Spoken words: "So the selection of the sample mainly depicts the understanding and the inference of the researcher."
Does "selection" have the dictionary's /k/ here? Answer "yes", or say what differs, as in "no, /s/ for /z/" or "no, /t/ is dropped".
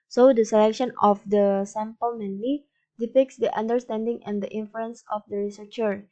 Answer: yes